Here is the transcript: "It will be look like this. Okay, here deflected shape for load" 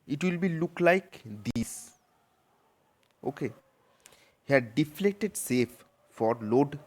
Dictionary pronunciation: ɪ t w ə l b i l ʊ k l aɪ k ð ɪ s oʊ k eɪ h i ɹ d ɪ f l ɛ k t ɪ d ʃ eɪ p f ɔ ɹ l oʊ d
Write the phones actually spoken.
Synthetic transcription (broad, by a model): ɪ t w ə l b i l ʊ k l aɪ k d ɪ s oʊ k eɪ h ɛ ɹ d ɪ f l ɛ k t ɪ d s eɪ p f ɔ ɹ l oʊ d